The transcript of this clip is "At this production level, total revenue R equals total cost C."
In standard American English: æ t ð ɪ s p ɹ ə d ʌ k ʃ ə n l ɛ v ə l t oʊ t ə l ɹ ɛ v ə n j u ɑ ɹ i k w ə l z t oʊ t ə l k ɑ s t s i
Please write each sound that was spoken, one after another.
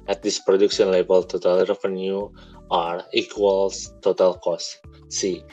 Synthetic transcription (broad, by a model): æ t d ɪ s p ɹ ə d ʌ k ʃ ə n l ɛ b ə l t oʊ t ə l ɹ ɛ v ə n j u ɑ ɹ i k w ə l s t oʊ t ə l k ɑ s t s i